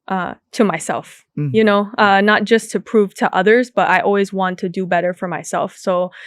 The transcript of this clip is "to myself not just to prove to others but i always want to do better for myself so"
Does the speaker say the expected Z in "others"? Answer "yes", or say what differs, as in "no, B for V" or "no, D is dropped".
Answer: yes